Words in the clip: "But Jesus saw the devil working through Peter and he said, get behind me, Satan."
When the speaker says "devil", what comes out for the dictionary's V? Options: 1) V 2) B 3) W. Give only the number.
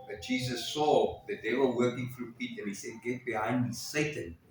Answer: 3